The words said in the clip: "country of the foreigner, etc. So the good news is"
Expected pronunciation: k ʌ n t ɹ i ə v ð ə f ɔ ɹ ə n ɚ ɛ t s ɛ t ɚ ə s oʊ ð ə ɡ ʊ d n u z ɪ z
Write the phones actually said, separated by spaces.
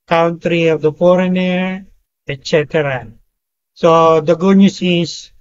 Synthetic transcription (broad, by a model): k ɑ n t ɹ i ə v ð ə f ɔ ɹ ə n ɚ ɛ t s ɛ t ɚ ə s oʊ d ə ɡ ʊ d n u s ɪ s